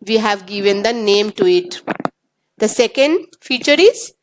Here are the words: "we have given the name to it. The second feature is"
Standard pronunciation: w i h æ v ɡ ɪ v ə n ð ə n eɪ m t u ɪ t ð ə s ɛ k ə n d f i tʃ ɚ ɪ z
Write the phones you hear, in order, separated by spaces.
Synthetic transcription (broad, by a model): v i h æ v ɡ ɪ v ə n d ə n eɪ m t u ɪ t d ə s ɛ k ə n d f i tʃ ɚ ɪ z